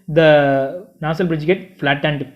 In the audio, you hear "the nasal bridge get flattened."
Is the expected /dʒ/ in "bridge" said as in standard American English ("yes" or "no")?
yes